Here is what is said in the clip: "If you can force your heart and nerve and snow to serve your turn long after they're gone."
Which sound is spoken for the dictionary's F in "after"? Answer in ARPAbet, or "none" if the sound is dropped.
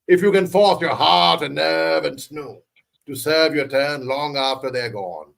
F